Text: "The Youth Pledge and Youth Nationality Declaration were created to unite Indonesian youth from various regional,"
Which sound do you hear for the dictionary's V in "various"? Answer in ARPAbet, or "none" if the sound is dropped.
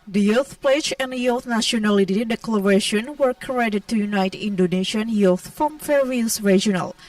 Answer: F